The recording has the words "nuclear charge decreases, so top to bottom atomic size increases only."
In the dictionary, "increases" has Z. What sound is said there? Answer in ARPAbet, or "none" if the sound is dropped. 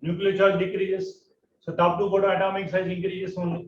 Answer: S